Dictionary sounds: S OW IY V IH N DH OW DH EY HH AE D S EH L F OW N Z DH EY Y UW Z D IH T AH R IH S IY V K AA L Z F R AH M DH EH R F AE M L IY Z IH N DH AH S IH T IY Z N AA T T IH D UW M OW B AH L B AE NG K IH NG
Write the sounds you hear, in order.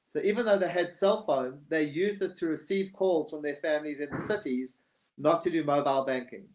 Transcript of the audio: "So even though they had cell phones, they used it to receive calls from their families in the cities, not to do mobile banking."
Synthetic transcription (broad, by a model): S OW IY V IH N DH OW DH EY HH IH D S EH L F OW N Z DH EY Y UW Z D IH T AH R IH S IY V K AA L Z F R AH M DH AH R F AE M L IY Z IH N DH AH S IH T IY Z N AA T T IH D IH M OW B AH L B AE NG K IH NG